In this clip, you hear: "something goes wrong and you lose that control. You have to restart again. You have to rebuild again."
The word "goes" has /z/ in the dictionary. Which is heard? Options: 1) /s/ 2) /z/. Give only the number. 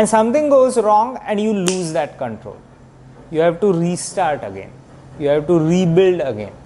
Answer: 2